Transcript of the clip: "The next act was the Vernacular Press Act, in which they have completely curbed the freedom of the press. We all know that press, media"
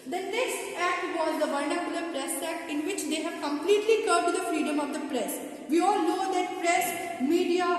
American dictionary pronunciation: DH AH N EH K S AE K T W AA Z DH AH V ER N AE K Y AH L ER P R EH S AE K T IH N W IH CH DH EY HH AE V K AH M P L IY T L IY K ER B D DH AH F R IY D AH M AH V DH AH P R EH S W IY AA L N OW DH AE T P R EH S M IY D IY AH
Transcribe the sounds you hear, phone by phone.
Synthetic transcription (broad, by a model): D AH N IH S AE K T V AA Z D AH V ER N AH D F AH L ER P R EH S AE K T IH N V IH CH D EY HH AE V K AH M P L IY T L IY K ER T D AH F R IY D AH M AH V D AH P R EH S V IY AA L N OW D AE T P R EH S M IY D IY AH